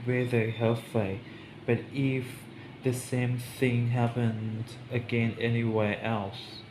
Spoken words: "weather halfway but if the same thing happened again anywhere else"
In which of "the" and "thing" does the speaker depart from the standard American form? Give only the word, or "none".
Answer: none